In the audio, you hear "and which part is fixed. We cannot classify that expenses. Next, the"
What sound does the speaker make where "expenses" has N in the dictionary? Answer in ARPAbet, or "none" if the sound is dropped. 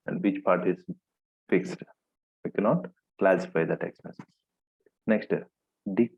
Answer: none